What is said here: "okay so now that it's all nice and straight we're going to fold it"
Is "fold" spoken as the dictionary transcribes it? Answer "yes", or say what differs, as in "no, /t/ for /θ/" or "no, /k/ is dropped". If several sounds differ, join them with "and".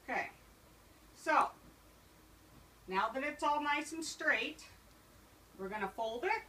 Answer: yes